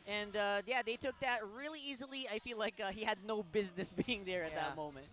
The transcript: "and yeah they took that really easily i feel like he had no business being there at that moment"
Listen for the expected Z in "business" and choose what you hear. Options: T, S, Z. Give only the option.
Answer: Z